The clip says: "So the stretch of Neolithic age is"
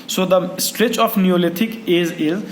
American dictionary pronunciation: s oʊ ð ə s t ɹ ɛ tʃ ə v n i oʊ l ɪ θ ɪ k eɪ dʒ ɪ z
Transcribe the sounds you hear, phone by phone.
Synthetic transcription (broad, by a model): s oʊ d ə s t ɹ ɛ tʃ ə f n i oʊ l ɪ t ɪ k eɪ z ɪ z